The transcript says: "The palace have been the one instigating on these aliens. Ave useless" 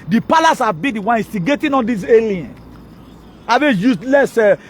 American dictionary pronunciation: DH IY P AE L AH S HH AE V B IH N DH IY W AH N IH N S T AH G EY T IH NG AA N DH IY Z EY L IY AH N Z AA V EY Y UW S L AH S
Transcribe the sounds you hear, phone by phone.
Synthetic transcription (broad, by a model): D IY P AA L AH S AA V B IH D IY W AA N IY S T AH G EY T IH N AA N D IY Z EY L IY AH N AA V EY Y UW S L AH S